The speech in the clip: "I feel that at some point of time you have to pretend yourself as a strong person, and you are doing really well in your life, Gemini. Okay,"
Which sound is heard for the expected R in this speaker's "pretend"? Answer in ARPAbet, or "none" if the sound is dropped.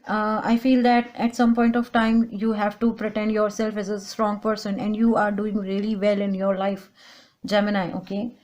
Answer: R